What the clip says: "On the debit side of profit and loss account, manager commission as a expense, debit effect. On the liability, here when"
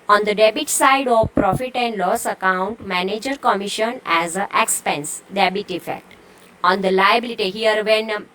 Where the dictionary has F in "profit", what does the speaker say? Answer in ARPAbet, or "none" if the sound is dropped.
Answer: F